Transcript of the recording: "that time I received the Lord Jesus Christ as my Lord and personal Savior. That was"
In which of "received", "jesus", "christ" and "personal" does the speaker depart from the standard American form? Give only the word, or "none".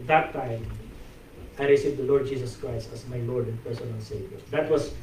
jesus